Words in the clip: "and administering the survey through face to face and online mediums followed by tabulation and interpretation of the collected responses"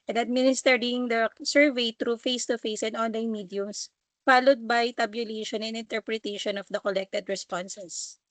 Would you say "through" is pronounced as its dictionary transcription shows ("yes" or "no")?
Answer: no